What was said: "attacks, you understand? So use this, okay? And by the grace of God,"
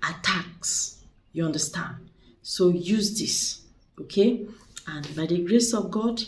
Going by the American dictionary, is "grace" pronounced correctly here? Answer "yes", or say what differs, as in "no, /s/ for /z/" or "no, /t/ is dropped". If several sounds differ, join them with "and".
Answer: yes